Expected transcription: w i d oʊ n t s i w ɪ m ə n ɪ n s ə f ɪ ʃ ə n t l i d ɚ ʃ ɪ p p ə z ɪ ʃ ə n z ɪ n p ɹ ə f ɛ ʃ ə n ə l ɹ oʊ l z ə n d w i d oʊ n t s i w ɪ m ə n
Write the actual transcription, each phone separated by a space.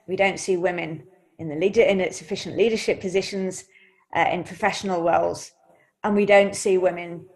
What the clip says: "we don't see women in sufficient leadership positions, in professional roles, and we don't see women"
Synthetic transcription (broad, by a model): w i d oʊ n t s i w ɪ m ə n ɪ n s ə f ɪ ʃ ə n t l i d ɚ ʃ ɪ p p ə z ɪ ʃ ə n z ɪ n p ɹ ə f ɛ ʃ ə n ə l w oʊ l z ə n w i d oʊ n t s i w ɪ m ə n